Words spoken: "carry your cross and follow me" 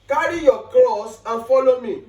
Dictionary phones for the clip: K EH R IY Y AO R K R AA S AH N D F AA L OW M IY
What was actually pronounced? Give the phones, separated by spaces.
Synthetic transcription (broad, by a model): K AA R IY Y AO K L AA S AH N F AA L OW M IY